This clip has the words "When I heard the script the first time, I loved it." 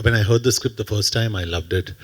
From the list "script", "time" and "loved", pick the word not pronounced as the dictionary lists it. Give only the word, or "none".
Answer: none